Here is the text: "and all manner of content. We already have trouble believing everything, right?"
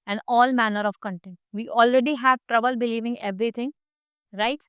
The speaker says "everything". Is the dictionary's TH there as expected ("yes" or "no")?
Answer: no